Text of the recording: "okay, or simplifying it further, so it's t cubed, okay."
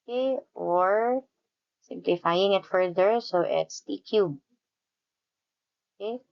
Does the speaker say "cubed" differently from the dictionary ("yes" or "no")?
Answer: yes